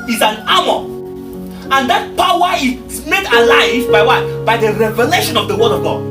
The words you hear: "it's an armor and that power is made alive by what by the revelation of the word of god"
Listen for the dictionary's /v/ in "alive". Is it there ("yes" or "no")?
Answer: yes